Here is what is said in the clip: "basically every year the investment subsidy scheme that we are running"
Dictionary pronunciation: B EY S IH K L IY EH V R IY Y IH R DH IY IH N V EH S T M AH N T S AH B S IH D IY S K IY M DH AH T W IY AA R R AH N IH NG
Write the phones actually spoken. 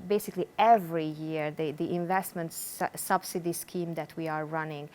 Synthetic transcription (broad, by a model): B EY S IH K L IY EH V R IY Y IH R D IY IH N V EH S T M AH N T S AH B S IH D IY S K IY M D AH T W IY AA R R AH N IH NG